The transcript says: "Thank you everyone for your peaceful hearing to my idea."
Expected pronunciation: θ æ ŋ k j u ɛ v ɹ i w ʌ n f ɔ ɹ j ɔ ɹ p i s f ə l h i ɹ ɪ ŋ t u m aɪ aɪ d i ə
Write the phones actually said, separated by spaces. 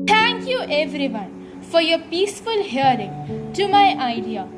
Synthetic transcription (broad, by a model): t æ ŋ k j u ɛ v ɹ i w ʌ n f ɔ ɹ j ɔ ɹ p i s f ə l h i ɹ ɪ ŋ t u m aɪ aɪ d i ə